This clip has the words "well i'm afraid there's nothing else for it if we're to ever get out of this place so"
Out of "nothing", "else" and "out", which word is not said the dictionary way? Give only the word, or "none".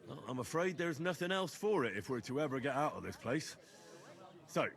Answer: none